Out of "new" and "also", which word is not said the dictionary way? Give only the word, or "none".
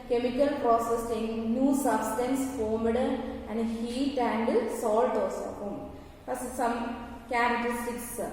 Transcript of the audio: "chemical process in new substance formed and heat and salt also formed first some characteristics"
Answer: also